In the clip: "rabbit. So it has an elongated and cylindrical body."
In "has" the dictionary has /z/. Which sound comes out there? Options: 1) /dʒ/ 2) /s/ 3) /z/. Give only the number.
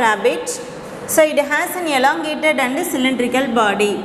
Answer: 2